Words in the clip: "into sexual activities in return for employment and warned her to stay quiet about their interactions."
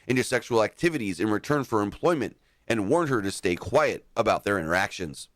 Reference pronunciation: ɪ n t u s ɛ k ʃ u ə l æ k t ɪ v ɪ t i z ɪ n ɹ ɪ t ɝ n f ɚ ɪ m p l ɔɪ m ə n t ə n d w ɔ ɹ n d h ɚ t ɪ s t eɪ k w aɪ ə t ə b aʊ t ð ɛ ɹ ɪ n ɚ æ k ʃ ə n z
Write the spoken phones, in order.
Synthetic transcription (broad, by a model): ɪ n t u s ɛ k ʃ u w l æ k t ɪ v ɪ t i z ɪ n ɹ ɪ t ɝ n f ɚ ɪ m p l ɔɪ m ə n t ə n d w ɔ ɹ n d h ɚ t ɪ s t eɪ k w aɪ ə t ə b aʊ t ð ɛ ɹ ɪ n ɚ æ k ʃ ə n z